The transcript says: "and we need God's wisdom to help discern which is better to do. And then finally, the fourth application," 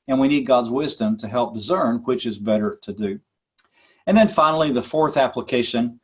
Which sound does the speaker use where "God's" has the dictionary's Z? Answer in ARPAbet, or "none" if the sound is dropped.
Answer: Z